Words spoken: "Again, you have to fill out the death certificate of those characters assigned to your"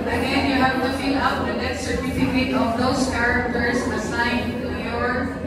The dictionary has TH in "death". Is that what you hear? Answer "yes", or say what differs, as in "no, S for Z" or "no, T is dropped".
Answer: no, T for TH